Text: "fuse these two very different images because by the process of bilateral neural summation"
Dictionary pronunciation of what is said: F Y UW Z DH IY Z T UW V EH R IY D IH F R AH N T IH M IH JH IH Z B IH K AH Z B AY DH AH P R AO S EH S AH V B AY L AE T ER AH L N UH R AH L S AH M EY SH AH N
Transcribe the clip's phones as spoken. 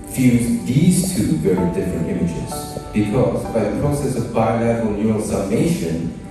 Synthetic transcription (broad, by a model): F Y UW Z DH IY Z T UW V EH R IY D IH F R AH N T IH M IH JH IH Z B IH K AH Z B AY DH AH P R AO S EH S AH V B AY AH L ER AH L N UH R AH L S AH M EY SH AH N